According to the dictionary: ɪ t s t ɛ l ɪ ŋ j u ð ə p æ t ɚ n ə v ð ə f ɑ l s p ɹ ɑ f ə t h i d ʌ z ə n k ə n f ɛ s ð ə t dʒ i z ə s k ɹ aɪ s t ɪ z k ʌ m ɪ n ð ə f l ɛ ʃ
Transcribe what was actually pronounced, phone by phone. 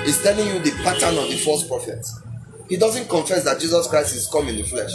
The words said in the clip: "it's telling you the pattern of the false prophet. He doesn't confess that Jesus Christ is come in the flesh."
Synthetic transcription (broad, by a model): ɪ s t ɛ l ɪ ŋ j u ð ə p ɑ t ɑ n ə v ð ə f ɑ s p ɹ ɑ f ə t h i d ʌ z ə n k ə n f ɛ s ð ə t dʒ i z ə s k ɹ aɪ s t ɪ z k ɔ m ɪ n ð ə f l ɛ ʃ